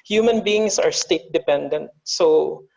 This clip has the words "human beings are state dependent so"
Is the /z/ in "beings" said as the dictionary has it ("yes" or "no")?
no